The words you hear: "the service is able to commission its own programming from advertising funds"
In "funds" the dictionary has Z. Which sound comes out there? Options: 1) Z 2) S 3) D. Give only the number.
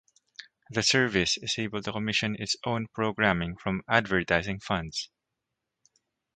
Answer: 2